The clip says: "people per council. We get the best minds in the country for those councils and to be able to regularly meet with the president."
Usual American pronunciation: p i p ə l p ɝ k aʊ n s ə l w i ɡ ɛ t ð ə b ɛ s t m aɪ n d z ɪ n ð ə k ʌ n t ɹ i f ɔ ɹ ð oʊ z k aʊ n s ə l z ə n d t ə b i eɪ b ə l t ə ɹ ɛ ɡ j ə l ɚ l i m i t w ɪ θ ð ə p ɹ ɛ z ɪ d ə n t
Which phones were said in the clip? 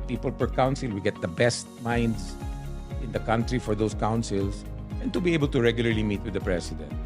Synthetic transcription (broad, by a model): p i p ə l p ɝ k aʊ n s ə l w i ɡ ɛ t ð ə b ɛ s t m aɪ n d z ɪ n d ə k ʌ n t ɹ i f ɔ ɹ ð oʊ s k aʊ n s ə l s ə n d t ə b i eɪ b ə l t ə ɹ ɛ ɡ j ə l ɚ l i m i t w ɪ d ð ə p ɹ ɛ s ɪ d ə n t